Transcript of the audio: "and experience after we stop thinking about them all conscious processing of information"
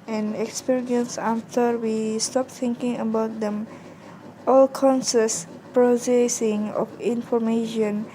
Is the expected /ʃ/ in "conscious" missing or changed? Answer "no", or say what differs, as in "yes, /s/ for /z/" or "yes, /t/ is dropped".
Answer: yes, /s/ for /ʃ/